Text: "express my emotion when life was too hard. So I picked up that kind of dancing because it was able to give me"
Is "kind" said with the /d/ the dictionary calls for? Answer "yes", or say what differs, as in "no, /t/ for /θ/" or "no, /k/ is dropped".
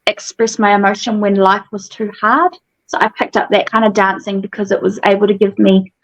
yes